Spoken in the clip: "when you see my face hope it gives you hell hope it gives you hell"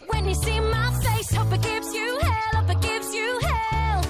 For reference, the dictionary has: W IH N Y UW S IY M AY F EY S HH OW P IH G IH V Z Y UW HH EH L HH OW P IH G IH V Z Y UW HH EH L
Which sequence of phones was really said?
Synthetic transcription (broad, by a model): W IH N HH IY S IY M AY F EY S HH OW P IH G IH V Z Y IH HH EH L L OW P IH G IH V Z Y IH HH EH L